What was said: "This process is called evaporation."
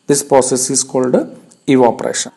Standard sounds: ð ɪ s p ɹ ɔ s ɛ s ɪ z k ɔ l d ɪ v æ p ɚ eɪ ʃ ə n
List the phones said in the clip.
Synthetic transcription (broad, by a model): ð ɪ s p ɹ ɔ s ɛ s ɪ s k ɔ l d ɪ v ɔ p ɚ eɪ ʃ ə n